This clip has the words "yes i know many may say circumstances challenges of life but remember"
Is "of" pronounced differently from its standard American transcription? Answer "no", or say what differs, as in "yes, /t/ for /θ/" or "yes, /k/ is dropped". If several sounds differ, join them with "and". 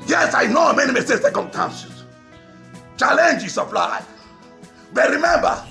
yes, /p/ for /v/